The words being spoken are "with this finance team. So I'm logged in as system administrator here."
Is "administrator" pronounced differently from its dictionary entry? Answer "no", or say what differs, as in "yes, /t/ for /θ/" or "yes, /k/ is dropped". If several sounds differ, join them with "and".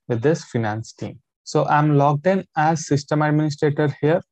no